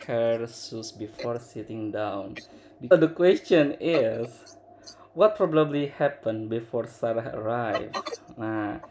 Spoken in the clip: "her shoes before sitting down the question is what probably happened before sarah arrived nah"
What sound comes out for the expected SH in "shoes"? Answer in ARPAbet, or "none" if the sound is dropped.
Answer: S